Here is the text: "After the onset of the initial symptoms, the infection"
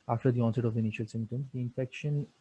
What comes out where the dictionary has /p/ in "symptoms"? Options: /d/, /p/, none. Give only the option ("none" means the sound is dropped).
none